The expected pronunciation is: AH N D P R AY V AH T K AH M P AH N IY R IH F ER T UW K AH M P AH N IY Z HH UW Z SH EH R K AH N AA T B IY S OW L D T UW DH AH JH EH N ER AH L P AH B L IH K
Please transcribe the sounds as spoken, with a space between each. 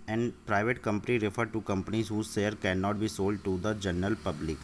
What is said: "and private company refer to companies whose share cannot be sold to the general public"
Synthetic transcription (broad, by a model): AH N D P R AY V AH T K AH M P AH N IY R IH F ER T UW K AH M P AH N IY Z HH UW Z S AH R K AH N AA T B IY S OW L D T UW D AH JH EH N ER AH L P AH B L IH K